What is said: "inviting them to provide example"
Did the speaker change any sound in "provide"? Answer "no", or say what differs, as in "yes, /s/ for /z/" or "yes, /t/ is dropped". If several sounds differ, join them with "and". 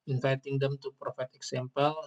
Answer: yes, /f/ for /v/